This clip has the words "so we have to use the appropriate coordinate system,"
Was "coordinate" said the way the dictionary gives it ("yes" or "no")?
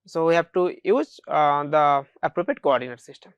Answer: yes